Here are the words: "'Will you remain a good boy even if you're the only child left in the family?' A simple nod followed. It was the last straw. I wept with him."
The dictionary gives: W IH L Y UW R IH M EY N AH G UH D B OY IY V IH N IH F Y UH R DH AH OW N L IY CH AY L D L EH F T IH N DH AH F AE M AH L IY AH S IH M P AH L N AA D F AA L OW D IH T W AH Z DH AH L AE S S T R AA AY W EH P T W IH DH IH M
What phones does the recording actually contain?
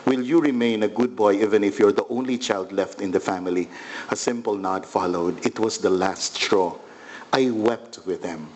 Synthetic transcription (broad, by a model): W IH L Y UW R IH M EY N AH G UH D B OY IY V IH N IH F Y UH R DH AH OW N L IY CH AY L D L EH F T IH N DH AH F AE M AH L IY AH S IH M P AH L N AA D F AA L OW D IH T W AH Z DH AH L AE S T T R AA AY W EH P T W IH DH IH M